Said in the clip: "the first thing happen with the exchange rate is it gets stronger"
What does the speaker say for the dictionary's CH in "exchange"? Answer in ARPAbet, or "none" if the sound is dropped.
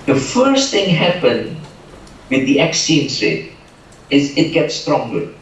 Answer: none